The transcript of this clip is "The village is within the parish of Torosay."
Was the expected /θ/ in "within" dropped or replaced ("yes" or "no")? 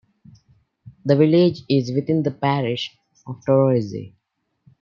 yes